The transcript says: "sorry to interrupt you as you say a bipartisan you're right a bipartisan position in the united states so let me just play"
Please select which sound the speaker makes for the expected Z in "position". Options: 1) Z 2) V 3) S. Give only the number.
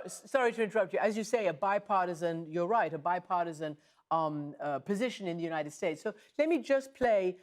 1